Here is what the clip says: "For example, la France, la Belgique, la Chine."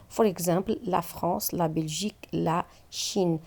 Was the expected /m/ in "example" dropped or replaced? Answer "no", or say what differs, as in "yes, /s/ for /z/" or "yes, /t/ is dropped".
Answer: yes, /m/ is dropped